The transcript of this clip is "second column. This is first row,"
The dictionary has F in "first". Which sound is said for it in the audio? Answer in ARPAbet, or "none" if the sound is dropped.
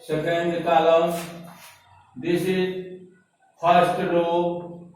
P